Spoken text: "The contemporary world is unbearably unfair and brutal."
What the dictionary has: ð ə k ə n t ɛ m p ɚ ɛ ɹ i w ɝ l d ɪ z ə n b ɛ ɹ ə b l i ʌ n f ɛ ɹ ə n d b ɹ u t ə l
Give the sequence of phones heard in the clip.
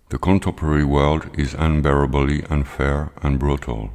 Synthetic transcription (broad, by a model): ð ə k ə n t ɛ m p ɚ ɛ ɹ i w ɝ l d ɪ z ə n b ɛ ɹ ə b l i ʌ n f ɛ ɹ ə n b ɹ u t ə l